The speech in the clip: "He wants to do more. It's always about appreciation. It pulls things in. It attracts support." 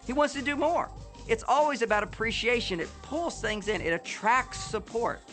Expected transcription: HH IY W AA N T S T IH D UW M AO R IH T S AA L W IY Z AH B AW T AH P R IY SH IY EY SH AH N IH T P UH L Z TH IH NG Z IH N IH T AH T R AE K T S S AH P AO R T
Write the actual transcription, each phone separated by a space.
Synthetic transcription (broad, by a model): HH IY W AA N T S T IH D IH M AO R IH T S AA L W IY Z AH B AW T AH P R IY SH IY EY SH AH N IH T P UH L Z TH IH NG Z IH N IH T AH T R AE K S S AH P AO R T